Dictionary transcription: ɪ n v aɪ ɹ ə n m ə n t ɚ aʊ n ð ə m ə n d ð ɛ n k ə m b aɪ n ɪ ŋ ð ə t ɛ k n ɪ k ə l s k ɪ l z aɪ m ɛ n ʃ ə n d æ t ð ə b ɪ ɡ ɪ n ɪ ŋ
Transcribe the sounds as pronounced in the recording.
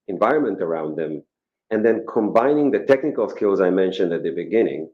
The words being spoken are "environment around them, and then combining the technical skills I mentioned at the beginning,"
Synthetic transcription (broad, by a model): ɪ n v aɪ ɹ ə n m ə n t ɚ aʊ n ð ə m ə n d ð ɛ n k ə m b aɪ n ɪ ŋ ð ə t ɛ k n ɪ k ə l s k ɪ l z aɪ m ɛ n ʃ ə n d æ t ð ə b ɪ ɡ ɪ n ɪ ŋ